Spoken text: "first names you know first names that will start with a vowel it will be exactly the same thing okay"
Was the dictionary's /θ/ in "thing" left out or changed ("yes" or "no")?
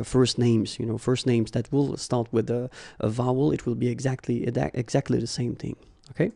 no